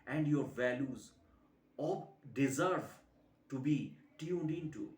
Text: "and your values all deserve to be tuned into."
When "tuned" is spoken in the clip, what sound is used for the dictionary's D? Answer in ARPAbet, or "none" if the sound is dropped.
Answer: D